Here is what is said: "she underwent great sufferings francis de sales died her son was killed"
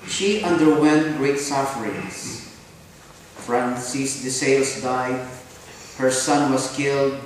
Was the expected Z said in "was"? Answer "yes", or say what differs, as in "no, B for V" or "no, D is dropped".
no, S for Z